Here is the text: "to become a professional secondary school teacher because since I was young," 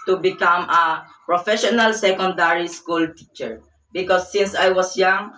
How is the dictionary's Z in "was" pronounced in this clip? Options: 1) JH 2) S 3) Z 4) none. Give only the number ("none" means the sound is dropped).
2